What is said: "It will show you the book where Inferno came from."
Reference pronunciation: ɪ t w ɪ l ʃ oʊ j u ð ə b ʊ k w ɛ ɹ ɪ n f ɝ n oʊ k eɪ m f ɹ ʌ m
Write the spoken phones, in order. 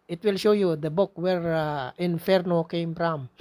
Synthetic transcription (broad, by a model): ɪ t w ɪ l ʃ oʊ j u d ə b ʊ k w ɛ ɹ ɪ n f ɝ n oʊ k eɪ m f ɹ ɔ m